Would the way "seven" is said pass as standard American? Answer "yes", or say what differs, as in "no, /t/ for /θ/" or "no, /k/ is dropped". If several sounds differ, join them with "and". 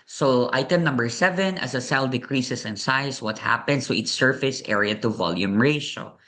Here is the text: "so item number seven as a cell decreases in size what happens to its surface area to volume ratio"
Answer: yes